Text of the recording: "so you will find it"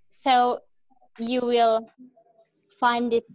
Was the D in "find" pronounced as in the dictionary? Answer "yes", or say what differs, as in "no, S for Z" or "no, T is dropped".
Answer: yes